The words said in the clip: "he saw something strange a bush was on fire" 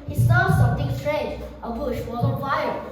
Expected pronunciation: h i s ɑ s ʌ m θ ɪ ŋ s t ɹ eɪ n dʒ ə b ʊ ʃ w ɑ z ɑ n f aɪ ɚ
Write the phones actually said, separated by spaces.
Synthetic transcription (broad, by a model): h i s ɑ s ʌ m t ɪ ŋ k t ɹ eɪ dʒ ə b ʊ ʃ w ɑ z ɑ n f aɪ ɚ